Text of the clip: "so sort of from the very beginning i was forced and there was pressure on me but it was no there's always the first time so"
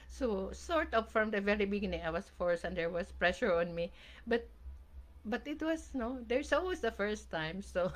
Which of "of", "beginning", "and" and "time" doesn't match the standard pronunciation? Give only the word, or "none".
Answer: of